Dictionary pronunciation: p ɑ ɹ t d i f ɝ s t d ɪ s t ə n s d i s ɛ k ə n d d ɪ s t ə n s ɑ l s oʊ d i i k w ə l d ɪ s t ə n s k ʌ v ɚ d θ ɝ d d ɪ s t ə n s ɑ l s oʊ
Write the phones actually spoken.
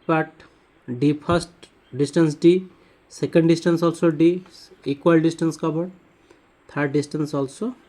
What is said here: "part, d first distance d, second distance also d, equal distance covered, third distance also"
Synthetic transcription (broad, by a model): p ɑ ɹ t d i p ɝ s t d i s t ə n s d i s ɛ k ə n d d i s t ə n s ɑ l s oʊ d i i k w ə l d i s t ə n s k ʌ b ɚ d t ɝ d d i s t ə n s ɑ l s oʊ